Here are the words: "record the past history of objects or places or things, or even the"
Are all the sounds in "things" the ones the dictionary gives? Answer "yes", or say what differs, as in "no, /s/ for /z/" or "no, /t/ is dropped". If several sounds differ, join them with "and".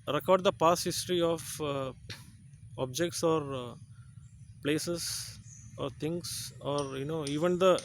no, /t/ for /θ/ and /s/ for /z/